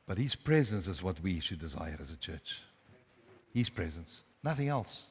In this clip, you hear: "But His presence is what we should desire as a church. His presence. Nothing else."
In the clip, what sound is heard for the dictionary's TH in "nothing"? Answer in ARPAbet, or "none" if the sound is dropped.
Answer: TH